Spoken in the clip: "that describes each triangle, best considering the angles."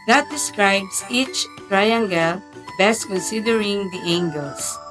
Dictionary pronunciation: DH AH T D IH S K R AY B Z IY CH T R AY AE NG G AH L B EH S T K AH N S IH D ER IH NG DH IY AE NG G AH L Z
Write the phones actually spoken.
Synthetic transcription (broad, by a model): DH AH T D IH S K R AY B S IY CH T R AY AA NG G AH L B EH S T K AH N S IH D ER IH NG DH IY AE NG G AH L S